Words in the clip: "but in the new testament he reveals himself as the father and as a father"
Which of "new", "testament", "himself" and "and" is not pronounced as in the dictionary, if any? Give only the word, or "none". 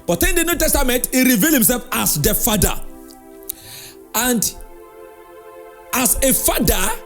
none